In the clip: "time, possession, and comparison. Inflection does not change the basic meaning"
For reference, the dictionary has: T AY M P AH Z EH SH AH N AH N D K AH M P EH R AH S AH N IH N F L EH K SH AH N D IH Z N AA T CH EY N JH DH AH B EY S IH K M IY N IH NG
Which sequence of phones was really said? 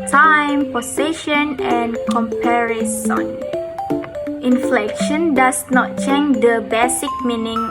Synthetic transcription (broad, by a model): T AY M P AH S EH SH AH N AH N K AH M P EH R AH S AH N IH N F L EH K SH AH N D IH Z N AA T CH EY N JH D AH B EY S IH K M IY N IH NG